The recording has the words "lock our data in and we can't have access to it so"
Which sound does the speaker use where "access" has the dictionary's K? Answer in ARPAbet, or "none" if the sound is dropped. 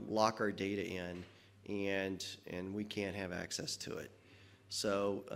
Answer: K